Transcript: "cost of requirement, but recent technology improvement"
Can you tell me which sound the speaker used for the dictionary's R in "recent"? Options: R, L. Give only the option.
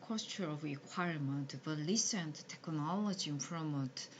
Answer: L